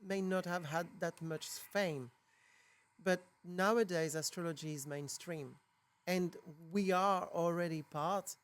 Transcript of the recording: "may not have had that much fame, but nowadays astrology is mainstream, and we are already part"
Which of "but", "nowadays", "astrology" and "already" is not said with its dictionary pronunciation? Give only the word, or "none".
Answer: none